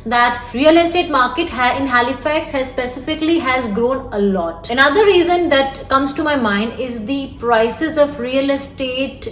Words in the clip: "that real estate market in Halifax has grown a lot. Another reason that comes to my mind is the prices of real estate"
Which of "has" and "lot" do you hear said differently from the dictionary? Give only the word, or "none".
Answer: none